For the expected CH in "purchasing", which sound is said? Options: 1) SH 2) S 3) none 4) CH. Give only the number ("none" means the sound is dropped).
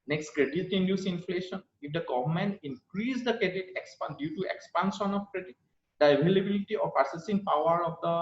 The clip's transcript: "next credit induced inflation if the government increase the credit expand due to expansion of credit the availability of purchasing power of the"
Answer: 2